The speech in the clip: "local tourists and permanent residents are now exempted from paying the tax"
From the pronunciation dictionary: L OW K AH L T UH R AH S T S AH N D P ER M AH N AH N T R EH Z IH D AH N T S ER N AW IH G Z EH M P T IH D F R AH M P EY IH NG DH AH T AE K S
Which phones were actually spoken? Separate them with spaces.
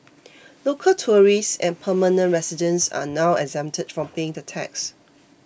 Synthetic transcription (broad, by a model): L OW K AH L T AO R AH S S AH N P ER M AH N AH N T R EH S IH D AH N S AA N AW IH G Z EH M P T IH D F R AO M P EY IH NG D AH T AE K S